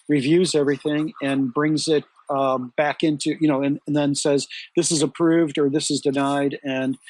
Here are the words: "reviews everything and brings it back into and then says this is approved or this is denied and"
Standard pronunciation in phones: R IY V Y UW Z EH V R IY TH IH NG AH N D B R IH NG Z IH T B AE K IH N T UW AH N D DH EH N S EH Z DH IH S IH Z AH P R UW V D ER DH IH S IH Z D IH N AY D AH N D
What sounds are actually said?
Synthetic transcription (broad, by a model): R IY V Y UW Z EH V R IY TH IH NG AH N B R IH NG Z IH T B AE K IH N T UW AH N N DH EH N S EH Z DH IH S IH Z AH P R UW V D ER DH IH S IH Z D IH N AY D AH N